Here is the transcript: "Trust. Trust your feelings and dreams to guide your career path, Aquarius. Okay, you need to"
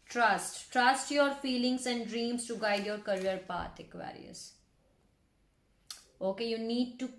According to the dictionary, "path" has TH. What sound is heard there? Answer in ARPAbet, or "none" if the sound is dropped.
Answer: T